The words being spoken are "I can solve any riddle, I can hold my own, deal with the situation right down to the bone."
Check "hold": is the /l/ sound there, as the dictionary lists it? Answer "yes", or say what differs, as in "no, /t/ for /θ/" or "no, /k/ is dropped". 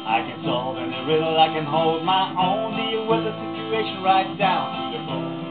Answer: yes